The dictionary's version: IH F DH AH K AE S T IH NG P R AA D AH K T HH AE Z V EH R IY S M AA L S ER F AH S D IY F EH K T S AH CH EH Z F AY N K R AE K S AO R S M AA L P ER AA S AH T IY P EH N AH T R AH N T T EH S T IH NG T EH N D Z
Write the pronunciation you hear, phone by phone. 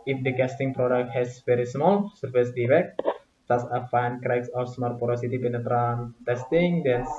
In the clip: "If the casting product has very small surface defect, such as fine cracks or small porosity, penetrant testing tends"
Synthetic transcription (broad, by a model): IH F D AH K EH S T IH NG P R AA D AH K T HH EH S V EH R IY S M AA L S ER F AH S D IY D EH K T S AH S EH F AY N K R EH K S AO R S M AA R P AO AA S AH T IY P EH N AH T R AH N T T EH S T IH NG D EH N